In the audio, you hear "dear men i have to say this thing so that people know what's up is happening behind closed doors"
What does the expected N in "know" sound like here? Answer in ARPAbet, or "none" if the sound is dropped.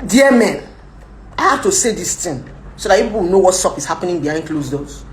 N